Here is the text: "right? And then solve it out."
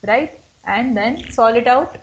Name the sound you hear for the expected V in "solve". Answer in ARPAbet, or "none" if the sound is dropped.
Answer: none